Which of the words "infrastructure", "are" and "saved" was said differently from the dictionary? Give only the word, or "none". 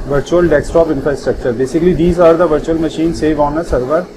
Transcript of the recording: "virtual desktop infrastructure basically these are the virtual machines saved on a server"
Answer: saved